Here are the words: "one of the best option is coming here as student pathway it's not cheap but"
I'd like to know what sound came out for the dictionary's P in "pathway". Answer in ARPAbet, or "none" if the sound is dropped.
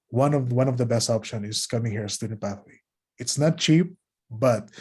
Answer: B